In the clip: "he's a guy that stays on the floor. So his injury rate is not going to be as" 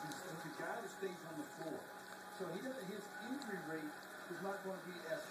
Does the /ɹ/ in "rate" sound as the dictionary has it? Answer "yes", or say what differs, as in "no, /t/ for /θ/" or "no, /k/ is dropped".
yes